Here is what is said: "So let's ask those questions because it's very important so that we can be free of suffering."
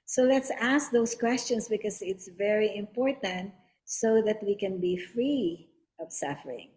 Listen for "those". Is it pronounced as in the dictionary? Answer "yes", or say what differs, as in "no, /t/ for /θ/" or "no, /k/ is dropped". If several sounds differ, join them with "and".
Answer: no, /s/ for /z/